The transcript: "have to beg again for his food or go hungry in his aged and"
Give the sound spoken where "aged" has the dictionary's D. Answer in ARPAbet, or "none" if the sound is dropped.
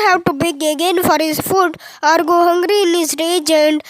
none